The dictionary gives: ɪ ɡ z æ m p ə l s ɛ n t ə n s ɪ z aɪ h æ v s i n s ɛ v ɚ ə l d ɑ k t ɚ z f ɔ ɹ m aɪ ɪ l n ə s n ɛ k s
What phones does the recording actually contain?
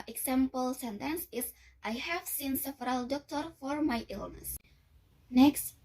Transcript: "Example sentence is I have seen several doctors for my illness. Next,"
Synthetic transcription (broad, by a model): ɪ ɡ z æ m p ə l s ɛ n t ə n s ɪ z aɪ h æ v s i n s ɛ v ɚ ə l d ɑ k t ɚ f ɔ ɹ m aɪ ɪ l n ə s n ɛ k s